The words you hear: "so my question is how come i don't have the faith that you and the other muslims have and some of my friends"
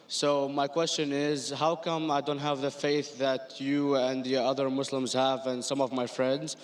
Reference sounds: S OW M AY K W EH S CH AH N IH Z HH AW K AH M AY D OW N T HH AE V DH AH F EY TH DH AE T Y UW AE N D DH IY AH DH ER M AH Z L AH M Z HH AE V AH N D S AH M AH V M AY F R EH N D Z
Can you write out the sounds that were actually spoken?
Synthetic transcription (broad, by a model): S OW M AY K W EH S CH AH N IH Z HH AW K AH M AY D OW N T HH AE V DH AH F EY TH DH AE T Y UW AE N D DH IY AH DH ER M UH S L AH M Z HH AE V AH N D S AH M AH V M AY F R EH N D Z